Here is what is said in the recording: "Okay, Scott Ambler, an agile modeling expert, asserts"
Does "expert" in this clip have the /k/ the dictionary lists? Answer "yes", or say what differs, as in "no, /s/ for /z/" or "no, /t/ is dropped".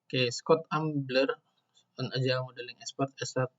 no, /k/ is dropped